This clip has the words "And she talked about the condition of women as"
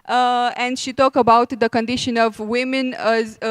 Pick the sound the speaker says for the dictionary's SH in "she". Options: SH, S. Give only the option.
SH